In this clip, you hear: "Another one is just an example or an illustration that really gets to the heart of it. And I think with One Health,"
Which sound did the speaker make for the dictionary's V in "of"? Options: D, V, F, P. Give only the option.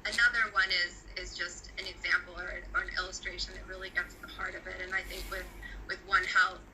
V